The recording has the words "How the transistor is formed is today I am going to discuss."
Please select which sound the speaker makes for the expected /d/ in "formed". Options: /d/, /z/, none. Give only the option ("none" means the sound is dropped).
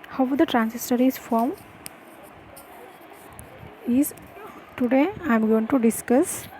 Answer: none